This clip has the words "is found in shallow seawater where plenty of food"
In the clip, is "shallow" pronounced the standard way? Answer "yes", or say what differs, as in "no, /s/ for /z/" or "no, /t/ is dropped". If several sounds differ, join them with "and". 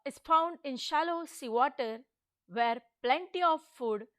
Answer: yes